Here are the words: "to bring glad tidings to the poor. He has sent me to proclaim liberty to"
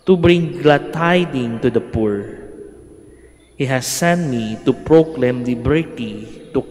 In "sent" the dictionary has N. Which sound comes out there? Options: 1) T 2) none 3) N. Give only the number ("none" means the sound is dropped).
3